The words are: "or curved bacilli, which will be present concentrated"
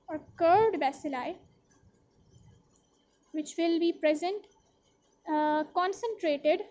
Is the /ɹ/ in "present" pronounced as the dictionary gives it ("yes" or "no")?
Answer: yes